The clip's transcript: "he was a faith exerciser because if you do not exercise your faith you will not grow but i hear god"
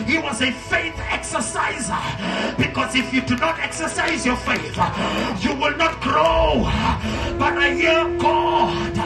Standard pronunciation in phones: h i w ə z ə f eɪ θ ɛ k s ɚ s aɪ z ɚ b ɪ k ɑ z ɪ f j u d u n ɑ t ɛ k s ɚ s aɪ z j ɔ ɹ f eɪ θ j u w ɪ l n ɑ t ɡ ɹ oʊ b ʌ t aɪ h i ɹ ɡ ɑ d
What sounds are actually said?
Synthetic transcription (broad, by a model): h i w ə z ə f eɪ θ ɛ k s ɚ s aɪ z ɚ b ɪ k ɑ z ɪ f j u d u n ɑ t ɛ k s ɚ s aɪ z j ɔ ɹ f eɪ θ j u w ɪ l n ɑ t ɡ ɹ oʊ b ʌ t aɪ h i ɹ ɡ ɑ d